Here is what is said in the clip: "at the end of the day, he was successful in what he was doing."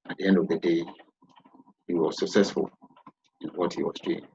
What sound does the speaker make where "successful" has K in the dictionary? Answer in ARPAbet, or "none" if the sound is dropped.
K